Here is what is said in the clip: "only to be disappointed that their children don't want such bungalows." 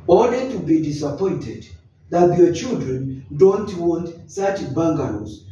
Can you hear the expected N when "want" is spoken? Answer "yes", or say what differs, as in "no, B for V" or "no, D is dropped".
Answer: yes